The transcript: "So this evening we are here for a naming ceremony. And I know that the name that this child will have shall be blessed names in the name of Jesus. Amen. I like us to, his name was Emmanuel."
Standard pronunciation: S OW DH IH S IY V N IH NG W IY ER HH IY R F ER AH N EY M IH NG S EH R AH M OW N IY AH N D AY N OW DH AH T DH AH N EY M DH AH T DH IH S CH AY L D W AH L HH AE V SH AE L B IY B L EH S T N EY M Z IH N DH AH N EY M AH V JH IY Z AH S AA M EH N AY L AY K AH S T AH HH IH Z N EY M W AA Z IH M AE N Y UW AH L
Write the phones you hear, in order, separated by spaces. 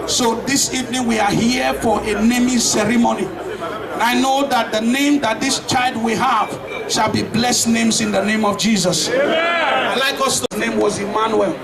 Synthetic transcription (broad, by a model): S OW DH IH S IY V N IH NG W IY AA HH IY F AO AH N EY M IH S EH R AH M OW N IY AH N AY N OW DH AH T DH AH N EY M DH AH T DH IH S CH AY L D W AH HH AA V SH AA L B IY B L EH S T N EY M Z IH N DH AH N EY M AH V JH IY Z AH S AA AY L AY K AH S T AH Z N EY M W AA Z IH M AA N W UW L